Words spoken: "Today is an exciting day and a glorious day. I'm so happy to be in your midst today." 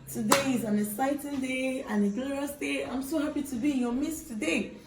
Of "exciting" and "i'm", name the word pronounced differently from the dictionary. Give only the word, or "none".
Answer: exciting